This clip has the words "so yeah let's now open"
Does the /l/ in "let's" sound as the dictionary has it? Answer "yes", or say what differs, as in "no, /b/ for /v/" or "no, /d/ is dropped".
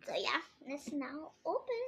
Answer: no, /n/ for /l/